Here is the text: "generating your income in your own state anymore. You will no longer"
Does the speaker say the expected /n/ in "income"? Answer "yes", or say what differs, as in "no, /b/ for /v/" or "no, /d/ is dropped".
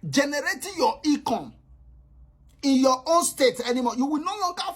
no, /n/ is dropped